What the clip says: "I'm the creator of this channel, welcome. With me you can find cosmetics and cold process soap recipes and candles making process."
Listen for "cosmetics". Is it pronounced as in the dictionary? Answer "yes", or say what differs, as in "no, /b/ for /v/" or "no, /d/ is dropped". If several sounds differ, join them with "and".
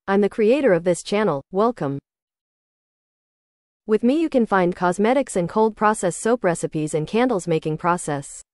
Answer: yes